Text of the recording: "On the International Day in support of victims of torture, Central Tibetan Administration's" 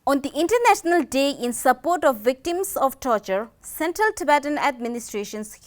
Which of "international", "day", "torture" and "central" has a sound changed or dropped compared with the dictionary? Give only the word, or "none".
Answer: none